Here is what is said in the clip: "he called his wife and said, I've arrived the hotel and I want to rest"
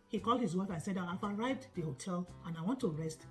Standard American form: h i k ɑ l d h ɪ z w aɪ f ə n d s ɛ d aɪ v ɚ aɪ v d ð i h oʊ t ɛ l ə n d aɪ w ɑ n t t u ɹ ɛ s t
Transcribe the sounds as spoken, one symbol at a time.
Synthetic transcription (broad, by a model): h i k ɑ l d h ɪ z w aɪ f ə n s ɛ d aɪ f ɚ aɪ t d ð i h oʊ t ɛ l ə n aɪ w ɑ n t t u ɹ ɛ s t